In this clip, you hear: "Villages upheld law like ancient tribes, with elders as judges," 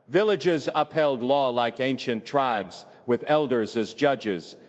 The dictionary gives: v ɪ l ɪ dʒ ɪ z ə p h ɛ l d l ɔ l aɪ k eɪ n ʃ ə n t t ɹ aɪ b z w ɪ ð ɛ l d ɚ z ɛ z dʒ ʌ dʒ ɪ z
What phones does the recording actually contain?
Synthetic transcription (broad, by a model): v ɪ l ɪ dʒ ɪ z ə p h ɛ l d l ɔ l aɪ k eɪ n ʃ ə n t t ɹ aɪ b z w ɪ ð ɛ l d ɚ z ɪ z dʒ ʌ dʒ ɪ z